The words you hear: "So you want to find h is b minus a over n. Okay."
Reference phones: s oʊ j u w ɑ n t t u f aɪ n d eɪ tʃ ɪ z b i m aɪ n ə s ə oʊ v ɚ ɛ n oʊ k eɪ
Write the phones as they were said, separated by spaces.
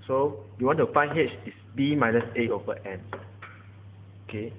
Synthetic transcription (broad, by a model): s oʊ j u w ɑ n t t u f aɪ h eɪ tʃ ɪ s b i m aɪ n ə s ə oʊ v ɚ ɛ n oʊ k eɪ